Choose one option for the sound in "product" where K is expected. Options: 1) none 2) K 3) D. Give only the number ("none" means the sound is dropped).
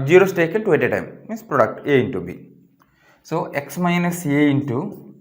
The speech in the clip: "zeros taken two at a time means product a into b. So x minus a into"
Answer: 2